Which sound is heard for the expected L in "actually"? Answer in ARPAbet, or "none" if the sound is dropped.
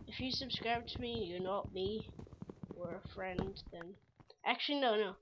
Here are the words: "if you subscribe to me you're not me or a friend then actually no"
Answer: N